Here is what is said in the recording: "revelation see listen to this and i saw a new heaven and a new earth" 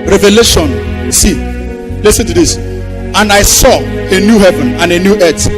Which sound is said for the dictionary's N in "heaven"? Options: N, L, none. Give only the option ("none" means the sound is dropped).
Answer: N